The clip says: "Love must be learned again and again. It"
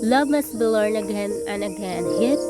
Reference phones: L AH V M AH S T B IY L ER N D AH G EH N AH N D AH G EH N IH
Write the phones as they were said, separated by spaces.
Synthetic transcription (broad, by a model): L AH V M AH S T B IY L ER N AH G EH N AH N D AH G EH N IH